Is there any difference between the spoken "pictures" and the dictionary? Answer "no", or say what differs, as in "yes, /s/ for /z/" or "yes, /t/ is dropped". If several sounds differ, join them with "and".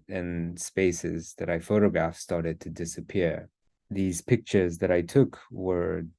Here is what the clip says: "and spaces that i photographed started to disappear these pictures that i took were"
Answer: no